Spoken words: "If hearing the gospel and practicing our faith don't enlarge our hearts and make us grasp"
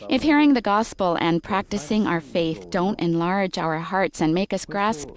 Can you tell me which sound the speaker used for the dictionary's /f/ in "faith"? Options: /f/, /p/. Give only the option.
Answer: /f/